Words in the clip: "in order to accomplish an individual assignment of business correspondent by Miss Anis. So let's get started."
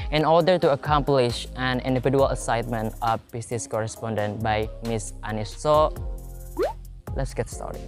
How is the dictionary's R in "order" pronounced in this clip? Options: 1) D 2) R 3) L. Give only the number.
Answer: 2